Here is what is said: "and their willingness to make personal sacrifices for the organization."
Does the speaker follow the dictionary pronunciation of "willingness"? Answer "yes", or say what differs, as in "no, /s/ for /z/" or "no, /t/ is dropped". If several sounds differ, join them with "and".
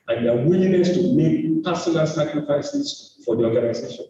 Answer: no, /ŋ/ is dropped